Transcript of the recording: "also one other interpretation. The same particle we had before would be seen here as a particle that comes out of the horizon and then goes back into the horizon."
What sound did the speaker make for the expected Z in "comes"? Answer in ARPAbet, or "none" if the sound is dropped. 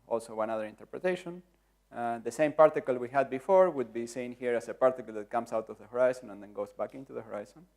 S